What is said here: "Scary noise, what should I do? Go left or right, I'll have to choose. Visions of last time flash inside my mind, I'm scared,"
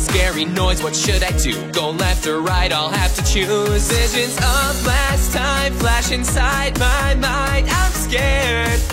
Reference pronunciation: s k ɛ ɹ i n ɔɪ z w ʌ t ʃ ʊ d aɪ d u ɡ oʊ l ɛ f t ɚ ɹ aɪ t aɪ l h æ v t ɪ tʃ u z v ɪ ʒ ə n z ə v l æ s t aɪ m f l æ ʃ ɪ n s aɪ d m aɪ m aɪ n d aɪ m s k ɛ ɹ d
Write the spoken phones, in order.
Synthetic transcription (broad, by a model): s k ɛ ɹ i n ɔɪ z w ʌ t ʃ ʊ d aɪ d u ɡ oʊ l ɛ f t ɚ ɹ aɪ t aɪ l h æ f t ɪ tʃ u z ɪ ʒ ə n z ə v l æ s t aɪ m f l æ ʃ ɪ n s aɪ d m aɪ m aɪ n d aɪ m s k ɛ ɹ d